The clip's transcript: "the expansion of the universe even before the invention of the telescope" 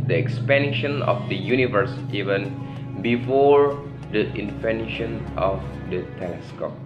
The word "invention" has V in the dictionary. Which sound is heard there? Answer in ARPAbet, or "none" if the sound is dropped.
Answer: F